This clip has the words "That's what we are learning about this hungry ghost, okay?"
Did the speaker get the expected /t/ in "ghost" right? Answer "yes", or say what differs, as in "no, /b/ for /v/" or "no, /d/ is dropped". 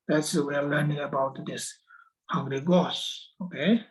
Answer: no, /t/ is dropped